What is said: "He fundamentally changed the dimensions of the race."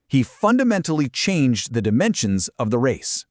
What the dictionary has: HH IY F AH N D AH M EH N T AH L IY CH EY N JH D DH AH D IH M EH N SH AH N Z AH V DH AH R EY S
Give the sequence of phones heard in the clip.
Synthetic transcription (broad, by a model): HH IY F AH N D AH M EH N T L IY CH EY N JH DH AH D IH M EH N SH AH N Z AH V DH AH R EY S